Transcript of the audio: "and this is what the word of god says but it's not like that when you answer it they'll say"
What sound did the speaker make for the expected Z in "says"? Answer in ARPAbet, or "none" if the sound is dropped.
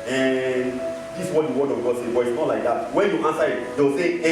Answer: none